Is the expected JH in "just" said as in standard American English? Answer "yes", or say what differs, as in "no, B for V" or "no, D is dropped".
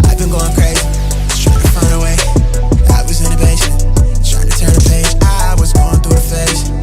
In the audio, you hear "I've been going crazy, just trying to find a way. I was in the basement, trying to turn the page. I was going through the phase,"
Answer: no, Z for JH